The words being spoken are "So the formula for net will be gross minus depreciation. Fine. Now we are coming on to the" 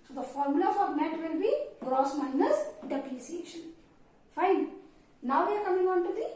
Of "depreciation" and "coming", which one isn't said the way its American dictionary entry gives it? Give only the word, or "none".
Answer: depreciation